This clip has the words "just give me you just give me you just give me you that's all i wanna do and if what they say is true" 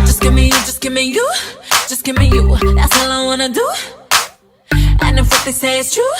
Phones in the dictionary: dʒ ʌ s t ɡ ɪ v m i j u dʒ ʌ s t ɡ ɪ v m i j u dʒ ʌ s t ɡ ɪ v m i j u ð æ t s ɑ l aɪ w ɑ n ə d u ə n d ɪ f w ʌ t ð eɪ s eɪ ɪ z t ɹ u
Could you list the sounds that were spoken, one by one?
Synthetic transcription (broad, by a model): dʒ ʌ s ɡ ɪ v m i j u dʒ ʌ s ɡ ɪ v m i j u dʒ ʌ s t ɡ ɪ m i j u ð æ t s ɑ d aɪ w ɑ n ə d u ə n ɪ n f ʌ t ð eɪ s eɪ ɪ s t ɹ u